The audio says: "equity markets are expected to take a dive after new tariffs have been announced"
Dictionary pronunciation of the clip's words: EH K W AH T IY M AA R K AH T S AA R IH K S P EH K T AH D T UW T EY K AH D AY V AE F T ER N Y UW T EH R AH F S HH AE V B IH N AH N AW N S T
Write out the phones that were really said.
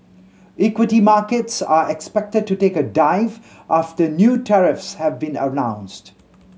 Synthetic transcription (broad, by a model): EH K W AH T IY M AA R K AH T S AA R IH K S P EH K T AH D T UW T EY K AH D AY V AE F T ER N Y UW T EH R AH F S HH AE V B IH N AH N AW N S T